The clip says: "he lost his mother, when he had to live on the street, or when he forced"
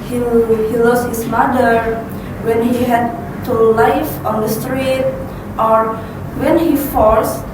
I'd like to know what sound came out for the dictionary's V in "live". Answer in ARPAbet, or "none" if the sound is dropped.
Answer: F